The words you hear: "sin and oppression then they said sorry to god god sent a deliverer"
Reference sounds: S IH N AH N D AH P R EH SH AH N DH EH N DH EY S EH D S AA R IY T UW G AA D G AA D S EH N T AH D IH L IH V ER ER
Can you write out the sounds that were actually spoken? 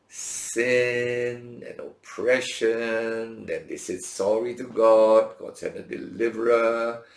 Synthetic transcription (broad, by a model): S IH N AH N AH P R EH SH AH N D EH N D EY S EH D S AA R IY T UW G AA D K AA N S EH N AH D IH L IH V ER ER